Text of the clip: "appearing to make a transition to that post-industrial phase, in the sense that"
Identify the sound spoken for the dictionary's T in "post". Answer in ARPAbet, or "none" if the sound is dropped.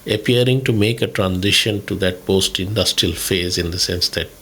T